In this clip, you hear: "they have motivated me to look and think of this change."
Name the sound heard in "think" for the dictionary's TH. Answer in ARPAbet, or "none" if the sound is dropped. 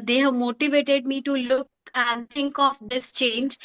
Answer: T